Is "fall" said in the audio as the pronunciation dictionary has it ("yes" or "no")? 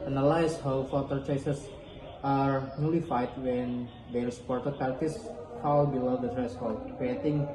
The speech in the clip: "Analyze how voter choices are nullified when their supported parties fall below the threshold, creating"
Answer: no